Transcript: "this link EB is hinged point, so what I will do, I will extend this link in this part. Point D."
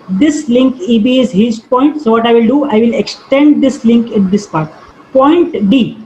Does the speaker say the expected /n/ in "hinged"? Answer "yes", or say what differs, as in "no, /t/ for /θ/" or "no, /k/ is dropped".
no, /n/ is dropped